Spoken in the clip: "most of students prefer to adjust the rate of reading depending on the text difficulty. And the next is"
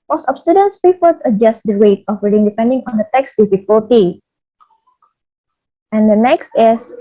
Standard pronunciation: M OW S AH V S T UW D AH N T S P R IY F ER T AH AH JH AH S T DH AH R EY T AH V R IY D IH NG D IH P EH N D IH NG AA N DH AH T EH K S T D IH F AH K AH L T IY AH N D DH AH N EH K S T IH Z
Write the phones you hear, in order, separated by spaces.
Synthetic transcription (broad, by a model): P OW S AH P S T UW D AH N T S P IY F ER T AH AH JH AH S T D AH R EY T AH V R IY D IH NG D IH P EH N D IH NG AA N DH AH T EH K S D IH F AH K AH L T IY AH N D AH N EH K S T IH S